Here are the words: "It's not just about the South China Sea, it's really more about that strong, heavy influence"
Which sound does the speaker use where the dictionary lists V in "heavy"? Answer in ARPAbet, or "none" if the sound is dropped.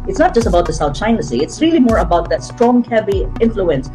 B